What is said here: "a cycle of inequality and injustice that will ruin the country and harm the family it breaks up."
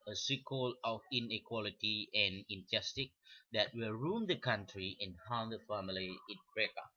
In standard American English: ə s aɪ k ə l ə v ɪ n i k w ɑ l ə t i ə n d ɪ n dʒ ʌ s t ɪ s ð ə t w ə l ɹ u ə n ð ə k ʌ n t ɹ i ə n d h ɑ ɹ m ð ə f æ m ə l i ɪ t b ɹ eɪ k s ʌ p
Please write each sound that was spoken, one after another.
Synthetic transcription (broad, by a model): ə s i k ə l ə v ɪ n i k w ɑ l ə t i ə n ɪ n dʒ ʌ s t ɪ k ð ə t w ə l ɹ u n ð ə k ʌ n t ɹ i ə n h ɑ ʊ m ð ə f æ m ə l i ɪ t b ɹ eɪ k ʌ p